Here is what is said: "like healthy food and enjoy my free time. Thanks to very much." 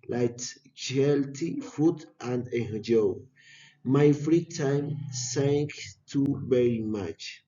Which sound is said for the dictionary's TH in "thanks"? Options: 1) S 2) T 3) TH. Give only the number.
1